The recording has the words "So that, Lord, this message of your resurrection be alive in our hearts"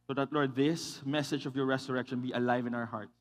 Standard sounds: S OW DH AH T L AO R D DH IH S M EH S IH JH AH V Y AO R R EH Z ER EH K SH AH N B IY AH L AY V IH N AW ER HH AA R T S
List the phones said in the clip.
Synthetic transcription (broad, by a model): S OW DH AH T L AO R D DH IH S M EH S IH JH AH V Y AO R R EH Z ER EH K SH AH N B IY AH L AY V IH N AW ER HH AA R T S